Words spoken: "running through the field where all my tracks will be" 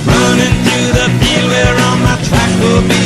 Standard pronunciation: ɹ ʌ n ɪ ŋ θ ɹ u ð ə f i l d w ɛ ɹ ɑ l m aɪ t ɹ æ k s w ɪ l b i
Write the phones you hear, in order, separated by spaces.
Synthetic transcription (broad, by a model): ɹ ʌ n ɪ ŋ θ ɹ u ð ə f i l w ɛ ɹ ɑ n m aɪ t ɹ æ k w ɪ l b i